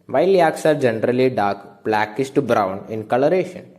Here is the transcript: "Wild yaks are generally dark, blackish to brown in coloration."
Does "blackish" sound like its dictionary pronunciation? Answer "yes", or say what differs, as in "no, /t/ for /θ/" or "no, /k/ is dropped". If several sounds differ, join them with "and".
no, /s/ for /ʃ/